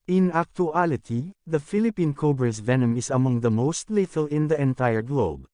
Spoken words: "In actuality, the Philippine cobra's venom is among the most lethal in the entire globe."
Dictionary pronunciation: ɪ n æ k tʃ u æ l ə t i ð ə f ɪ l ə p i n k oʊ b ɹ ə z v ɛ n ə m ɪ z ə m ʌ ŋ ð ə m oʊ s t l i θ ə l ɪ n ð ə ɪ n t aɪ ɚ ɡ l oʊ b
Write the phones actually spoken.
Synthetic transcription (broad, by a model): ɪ n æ k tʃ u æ l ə t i ð ə f ɪ l ə p i n k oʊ b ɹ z v ɛ n ə m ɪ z ə m ʌ ŋ ð ə m oʊ s t l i t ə l ɪ n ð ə ɪ n t aɪ ɚ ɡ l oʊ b